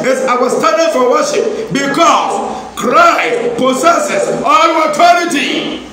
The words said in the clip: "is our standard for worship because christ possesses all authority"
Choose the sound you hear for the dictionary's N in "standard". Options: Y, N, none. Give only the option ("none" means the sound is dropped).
none